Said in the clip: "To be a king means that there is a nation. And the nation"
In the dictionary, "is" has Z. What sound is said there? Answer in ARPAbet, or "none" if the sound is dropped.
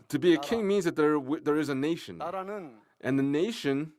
Z